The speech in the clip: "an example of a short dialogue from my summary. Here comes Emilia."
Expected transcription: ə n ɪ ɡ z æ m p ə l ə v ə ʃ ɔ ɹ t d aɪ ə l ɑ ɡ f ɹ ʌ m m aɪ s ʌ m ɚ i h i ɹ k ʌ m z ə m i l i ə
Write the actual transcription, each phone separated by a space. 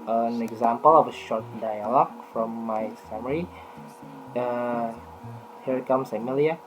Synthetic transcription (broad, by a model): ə n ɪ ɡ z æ m p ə l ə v ə ʃ ɔ ɹ t d aɪ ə l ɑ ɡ f ɹ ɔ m m aɪ s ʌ m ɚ i h i ɹ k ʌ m s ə m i l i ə